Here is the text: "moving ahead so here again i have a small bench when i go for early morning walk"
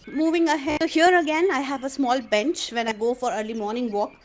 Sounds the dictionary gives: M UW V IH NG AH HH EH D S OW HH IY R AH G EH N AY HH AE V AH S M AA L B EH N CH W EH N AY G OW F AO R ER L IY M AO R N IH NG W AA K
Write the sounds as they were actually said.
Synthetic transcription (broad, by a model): M UW V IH NG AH HH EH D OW HH IY R AH G EH N AY HH AE V AH S M AA L B EH N CH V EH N AY G OW F AO R ER L IY M AO R N IH NG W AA K